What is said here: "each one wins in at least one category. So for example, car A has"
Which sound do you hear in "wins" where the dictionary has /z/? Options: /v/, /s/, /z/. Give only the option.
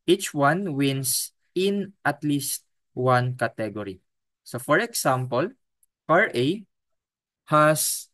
/s/